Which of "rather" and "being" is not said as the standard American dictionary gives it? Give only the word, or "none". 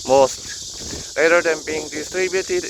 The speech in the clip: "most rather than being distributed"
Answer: rather